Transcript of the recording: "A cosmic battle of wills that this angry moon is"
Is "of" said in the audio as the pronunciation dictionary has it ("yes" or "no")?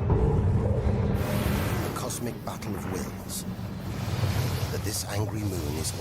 yes